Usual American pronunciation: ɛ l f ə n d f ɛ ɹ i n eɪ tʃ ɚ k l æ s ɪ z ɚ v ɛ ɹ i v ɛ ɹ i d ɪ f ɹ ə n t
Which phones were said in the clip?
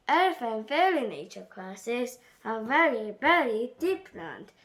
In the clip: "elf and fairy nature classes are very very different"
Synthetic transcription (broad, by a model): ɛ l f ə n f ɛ l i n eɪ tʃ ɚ k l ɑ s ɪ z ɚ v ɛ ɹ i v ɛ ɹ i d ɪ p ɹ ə n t